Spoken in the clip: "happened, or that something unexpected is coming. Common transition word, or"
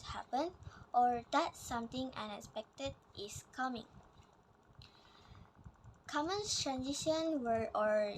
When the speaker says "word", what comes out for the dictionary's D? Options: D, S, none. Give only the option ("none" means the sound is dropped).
none